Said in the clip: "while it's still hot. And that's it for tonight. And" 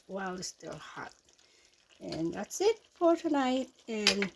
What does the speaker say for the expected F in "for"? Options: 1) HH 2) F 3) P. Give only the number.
2